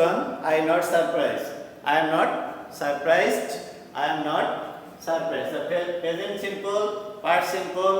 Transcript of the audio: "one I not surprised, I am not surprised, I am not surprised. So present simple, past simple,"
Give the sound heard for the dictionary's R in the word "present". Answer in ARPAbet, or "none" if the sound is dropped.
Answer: none